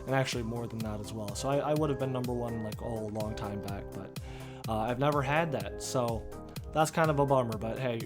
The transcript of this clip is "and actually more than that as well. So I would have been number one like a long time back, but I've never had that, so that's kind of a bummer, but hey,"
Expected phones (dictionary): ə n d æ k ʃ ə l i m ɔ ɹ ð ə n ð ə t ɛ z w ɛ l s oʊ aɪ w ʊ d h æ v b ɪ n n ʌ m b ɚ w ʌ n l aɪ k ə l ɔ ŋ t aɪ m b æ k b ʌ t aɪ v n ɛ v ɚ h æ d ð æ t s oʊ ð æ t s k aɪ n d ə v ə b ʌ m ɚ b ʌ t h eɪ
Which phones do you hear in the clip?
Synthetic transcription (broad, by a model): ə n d æ k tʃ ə l i m ɔ ɹ ð ə n ð ə t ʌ z w ɛ l s oʊ aɪ w ʊ d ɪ v b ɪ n n ʌ m b ɚ w ʌ n l aɪ k ə l ɔ ŋ t aɪ m b æ k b ʌ t aɪ v n ɛ v ɚ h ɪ d ð æ t s oʊ ð æ t s k aɪ n d ə v ə b ʌ m ɚ b ʌ t h eɪ